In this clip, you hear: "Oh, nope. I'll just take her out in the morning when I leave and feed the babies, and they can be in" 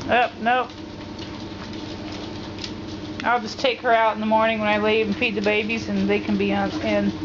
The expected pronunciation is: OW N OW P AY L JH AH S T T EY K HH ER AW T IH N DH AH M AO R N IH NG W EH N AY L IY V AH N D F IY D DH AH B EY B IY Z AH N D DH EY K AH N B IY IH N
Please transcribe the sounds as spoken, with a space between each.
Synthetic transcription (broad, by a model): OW N OW AY L JH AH S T T EY K HH ER AW T N DH AH M AO R N IH NG W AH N AY L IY AH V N F IY D DH AH B EY B IY Z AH N DH EY K AH N B IY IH N